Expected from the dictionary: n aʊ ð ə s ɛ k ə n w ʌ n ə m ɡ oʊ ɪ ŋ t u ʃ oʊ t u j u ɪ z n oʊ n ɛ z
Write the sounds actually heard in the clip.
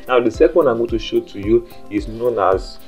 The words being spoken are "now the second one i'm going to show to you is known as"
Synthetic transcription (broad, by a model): n aʊ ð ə s ɛ k ə n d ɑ ə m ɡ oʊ t u ʃ oʊ t u j u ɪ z n oʊ n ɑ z